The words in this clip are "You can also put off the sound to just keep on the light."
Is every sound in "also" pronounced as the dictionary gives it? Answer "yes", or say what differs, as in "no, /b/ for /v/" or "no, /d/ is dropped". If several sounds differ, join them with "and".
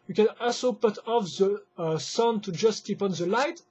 yes